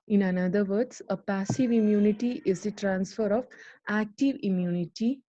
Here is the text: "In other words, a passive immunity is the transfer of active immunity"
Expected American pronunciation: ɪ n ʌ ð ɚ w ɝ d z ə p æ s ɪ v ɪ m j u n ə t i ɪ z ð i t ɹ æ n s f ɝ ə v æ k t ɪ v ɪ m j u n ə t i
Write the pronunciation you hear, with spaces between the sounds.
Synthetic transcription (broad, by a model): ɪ n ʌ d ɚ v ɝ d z ə p æ s ɪ v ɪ m j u n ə t i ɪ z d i t ɹ æ n s f ɝ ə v æ k t ɪ v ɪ m j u n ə t i